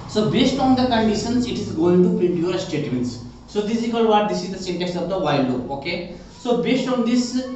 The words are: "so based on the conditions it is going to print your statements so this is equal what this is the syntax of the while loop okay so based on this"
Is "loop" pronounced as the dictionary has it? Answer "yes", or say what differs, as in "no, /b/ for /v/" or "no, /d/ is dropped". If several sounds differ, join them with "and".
no, /p/ is dropped